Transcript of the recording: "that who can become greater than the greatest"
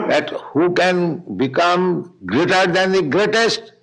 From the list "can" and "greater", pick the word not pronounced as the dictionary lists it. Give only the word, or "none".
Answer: none